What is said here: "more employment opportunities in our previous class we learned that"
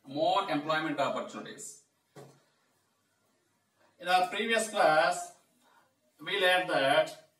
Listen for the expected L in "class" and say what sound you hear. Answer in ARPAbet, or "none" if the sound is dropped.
L